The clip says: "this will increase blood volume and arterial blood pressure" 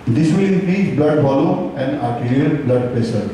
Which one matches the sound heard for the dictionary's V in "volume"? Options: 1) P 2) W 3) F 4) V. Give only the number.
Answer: 3